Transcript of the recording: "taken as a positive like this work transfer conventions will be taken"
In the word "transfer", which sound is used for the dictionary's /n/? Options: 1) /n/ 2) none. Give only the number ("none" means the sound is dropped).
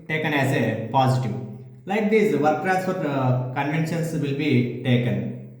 2